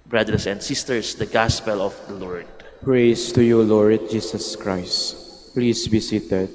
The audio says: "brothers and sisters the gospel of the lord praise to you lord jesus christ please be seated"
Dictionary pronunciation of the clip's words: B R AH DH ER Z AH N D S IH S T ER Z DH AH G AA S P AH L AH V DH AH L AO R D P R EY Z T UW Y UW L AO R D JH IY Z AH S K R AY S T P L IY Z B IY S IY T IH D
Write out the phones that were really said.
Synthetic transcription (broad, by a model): B R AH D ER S AH N D S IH S T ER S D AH G AA S P AH L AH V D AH L AO R D P R EY S T UW Y UW L AO R D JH IY S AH S K R AY S T P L IY S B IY S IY T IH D